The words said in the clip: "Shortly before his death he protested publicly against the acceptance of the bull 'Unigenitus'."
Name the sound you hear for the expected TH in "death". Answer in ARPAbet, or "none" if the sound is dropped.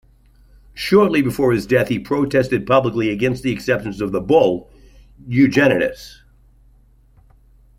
TH